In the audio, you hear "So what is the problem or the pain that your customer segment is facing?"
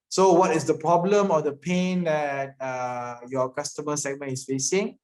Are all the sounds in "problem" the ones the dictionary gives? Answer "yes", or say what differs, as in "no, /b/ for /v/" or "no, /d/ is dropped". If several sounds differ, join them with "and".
yes